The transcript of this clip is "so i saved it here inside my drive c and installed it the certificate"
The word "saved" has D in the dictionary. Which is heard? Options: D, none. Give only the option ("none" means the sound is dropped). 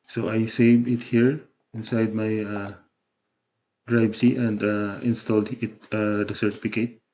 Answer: none